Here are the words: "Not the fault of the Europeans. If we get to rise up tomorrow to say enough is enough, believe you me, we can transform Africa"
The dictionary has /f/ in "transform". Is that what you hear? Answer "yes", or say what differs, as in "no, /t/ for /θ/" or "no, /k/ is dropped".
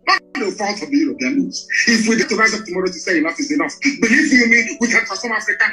no, /f/ is dropped